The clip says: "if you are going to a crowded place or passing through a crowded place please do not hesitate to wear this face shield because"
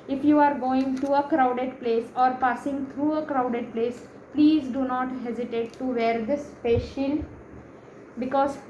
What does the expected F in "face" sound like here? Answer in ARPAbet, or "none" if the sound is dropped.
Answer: P